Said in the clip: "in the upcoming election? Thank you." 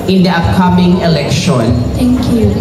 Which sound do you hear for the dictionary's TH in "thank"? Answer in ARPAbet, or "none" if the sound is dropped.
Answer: T